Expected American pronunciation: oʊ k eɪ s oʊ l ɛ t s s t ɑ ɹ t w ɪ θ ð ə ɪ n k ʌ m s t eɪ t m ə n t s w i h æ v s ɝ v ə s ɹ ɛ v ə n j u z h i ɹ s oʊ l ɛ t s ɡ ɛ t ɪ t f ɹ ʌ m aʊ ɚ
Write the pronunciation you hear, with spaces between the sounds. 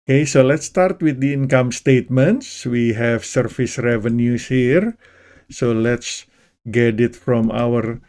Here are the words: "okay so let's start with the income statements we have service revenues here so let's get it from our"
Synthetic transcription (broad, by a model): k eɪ s oʊ l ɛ t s s t ɑ ɹ t w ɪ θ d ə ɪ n k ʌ m s t eɪ t m ə n t s w i h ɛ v s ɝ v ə s ɹ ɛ v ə n j u s h i ɹ s oʊ l ɛ t s ɡ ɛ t ɪ t f ɹ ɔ m aʊ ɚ